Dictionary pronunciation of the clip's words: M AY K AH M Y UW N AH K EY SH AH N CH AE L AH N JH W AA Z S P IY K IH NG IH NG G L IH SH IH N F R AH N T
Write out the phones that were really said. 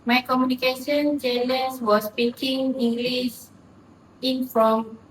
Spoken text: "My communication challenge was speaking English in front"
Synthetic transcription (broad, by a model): M AY K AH M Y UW N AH K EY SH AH N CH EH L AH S W AA S P IY K IH NG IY NG G L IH S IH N F R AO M